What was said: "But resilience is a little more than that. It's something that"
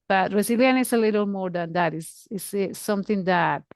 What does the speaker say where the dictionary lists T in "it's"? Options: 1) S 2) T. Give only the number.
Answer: 1